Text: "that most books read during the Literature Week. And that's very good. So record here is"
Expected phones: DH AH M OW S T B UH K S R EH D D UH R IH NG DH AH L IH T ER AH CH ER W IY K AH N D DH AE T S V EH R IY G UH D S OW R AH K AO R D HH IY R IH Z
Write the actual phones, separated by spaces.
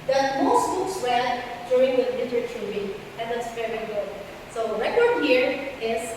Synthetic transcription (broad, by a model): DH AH M OW S T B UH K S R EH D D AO IH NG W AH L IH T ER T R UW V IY AH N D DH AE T S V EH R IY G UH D S OW R AH K AO R D HH IY R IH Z